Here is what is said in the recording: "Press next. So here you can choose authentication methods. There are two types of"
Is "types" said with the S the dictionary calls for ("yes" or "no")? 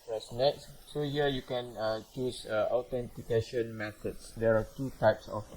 yes